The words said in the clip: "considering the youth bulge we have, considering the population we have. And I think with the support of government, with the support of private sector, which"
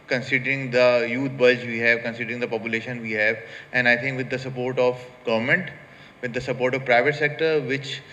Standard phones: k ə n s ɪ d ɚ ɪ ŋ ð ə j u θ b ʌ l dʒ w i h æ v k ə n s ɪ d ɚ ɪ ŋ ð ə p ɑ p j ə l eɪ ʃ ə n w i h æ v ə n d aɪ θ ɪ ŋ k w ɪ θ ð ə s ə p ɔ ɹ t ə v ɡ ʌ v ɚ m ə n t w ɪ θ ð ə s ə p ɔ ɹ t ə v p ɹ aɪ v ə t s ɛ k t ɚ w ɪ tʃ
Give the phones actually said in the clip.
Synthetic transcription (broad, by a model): k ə n s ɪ d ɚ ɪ ŋ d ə j u t b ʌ dʒ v i h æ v k ə n s ɪ d ɚ ɪ ŋ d ə p ɑ p j ə l eɪ ʃ ə n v i h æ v ə n d aɪ t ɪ ŋ k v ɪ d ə s ə p ɔ ɹ t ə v ɡ ʌ v ɚ m ə n t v ɪ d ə s ə p ɔ ɹ t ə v p ɹ aɪ v ə t s ɛ k t ɚ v ɪ tʃ